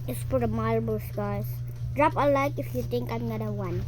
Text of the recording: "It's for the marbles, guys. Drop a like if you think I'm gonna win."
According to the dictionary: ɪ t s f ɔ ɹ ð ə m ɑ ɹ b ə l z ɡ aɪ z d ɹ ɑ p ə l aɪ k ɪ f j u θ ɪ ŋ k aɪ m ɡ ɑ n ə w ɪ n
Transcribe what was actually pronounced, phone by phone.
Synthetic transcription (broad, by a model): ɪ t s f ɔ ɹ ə m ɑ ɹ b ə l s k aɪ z d ɹ ɑ p ə l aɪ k ɪ f j u t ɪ ŋ k aɪ m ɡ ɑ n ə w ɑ n